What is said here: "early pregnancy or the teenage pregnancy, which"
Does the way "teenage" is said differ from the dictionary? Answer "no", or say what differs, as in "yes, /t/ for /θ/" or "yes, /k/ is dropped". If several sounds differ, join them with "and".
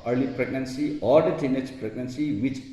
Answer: yes, /tʃ/ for /dʒ/